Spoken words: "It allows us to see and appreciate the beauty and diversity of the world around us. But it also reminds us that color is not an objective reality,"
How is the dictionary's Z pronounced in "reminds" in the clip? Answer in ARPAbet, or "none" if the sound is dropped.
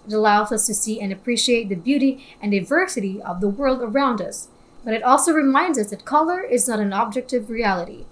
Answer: Z